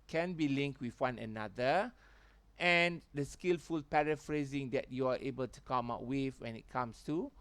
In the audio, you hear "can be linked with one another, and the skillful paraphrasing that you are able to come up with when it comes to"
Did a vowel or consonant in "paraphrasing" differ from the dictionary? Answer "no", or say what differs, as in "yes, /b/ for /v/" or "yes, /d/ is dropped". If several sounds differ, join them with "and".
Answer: no